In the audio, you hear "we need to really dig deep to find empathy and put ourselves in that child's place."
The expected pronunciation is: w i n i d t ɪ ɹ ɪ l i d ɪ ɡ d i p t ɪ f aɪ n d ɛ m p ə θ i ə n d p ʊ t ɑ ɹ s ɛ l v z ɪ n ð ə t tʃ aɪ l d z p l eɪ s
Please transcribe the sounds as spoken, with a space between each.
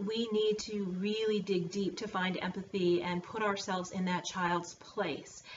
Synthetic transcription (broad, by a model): w i n i d t ɪ ɹ ɪ l i d ɪ ɡ d i p t ɪ f aɪ n d ɛ m p ə θ i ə n p ʊ t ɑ ɹ s ɛ l v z ɪ n ð ə t tʃ aɪ l d z p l eɪ s